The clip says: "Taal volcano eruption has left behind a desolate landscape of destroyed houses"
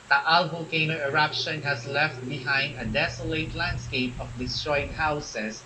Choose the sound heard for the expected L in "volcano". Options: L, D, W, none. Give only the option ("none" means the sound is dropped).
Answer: none